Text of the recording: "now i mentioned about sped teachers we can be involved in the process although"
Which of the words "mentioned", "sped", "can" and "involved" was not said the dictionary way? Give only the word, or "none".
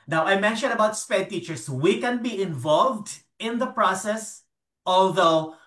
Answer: none